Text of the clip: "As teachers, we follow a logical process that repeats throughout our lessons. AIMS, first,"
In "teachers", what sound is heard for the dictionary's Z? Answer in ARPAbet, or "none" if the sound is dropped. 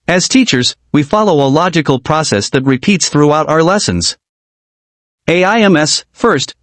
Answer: Z